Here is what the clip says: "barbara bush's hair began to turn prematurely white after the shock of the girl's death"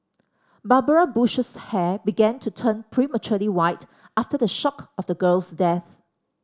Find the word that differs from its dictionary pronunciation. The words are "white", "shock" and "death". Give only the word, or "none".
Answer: none